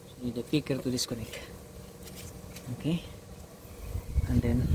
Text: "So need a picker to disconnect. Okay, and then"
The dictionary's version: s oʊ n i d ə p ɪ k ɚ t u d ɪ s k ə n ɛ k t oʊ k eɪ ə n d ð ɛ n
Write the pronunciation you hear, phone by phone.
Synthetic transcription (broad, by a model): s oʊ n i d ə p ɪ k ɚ t u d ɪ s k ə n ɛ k oʊ k eɪ ə n d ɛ n